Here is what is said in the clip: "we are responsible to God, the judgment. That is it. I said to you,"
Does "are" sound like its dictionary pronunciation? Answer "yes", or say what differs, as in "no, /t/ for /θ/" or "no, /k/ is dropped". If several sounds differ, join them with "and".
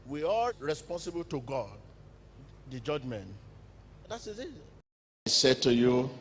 no, /l/ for /ɹ/